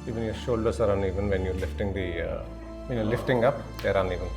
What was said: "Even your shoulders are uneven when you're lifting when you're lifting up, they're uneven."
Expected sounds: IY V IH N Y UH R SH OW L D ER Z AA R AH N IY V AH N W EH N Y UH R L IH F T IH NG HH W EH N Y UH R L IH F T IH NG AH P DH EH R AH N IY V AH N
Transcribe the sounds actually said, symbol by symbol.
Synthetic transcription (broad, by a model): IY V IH N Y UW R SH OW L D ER S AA R AH N IY V AH N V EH N Y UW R L IH F T IH NG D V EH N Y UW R L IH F T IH NG AH P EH R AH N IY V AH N